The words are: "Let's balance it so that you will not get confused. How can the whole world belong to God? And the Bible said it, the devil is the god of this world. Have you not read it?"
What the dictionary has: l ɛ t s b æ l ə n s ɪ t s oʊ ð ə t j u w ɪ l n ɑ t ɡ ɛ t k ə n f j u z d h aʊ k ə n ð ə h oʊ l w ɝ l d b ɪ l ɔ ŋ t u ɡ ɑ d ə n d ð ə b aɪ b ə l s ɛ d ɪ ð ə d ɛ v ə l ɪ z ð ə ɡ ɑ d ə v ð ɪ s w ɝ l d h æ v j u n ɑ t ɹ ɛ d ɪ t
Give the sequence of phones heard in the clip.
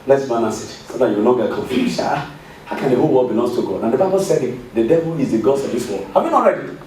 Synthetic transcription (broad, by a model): l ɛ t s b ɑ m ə s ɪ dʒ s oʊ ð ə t j u w ɪ l n ɑ t ɡ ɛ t k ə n f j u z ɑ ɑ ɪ k ə n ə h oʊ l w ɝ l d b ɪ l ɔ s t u ɡ ɑ d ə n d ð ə b aɪ b ə l s ɛ d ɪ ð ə d ɛ v ə l ɪ z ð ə ɡ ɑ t ə v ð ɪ s w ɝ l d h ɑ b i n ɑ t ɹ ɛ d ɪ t